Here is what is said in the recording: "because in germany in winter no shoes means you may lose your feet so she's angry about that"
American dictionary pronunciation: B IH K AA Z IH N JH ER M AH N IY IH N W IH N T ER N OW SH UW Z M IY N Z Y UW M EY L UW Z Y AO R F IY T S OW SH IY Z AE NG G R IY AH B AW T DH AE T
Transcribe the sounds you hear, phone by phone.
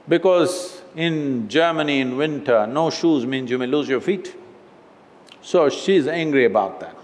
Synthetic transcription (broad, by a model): B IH K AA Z IH N JH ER M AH N IY IH N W IH N T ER N OW SH UW Z M IY N Z Y UW M EY L UW Z Y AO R F IY T S OW SH IY Z AE NG G R IY AH B AW T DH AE T